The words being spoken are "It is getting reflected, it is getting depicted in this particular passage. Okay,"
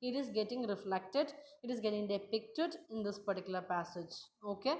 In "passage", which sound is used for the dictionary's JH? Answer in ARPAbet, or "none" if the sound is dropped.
JH